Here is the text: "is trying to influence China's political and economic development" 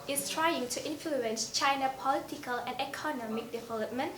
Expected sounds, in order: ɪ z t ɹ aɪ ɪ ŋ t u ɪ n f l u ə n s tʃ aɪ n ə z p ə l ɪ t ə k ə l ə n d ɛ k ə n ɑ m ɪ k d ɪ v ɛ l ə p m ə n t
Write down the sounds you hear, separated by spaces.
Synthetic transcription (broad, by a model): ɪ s t ɹ aɪ ɪ ŋ t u ɪ n f l u ə n s tʃ aɪ n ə p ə l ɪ t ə k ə l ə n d ɛ k ə n ɑ m ɪ k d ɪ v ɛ l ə p m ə n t